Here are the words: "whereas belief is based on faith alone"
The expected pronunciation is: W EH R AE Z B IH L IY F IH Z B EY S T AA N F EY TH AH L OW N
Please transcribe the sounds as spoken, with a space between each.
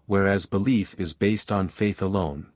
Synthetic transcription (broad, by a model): W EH R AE Z B IH L IY F IH Z B EY S T N F EY TH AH L OW N